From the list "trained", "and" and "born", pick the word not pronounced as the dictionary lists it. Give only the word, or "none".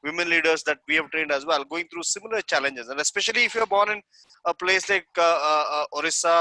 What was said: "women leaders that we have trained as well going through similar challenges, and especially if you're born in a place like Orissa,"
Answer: none